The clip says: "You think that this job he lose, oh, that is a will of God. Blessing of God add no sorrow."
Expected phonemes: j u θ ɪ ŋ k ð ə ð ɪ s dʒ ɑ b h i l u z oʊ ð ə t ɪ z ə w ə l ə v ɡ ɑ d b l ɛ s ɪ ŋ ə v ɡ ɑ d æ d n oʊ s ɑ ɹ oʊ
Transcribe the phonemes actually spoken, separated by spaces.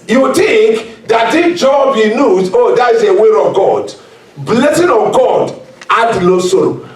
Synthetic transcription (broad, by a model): j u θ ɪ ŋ k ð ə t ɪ dʒ ɑ b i n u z oʊ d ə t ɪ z ə w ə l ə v ɡ ɑ d b l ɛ s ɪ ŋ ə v ɡ ɑ d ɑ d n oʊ s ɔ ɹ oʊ